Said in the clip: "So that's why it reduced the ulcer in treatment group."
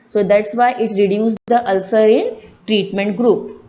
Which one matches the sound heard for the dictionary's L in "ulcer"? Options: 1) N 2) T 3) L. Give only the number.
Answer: 3